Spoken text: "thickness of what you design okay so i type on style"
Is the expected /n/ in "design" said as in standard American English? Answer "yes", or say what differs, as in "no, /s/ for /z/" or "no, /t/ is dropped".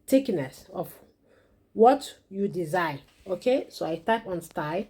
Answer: no, /n/ is dropped